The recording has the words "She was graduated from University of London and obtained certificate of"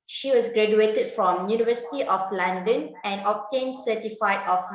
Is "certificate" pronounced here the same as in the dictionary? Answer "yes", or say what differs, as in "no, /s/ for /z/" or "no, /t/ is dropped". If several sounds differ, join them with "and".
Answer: no, /k/ is dropped